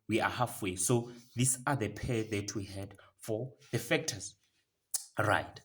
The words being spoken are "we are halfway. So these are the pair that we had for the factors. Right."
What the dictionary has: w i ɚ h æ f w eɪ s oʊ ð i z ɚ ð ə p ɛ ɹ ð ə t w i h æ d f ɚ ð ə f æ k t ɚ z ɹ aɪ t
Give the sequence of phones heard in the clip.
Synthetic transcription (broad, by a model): w i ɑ h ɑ f w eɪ s oʊ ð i s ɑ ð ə p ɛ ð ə t w i h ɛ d f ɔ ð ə f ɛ k t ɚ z ɹ aɪ t